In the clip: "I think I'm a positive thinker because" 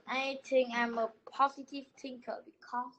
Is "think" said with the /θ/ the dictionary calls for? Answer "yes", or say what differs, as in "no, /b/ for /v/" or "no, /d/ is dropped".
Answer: no, /t/ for /θ/